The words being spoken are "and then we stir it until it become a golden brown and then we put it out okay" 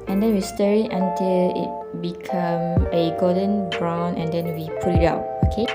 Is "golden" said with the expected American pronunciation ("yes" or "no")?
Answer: no